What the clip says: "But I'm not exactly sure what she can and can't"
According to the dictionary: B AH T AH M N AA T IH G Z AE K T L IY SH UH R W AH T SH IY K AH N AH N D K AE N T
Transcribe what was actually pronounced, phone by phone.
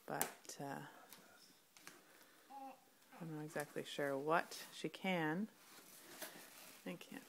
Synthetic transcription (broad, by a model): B AH T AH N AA IH G Z AE K T L IY SH UH R W AH T SH IY K AH N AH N K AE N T